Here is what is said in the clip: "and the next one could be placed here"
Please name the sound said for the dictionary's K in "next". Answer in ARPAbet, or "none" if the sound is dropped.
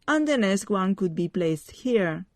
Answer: none